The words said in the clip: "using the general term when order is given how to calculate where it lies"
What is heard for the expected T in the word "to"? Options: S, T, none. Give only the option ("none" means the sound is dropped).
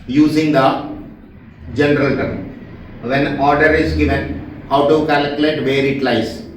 T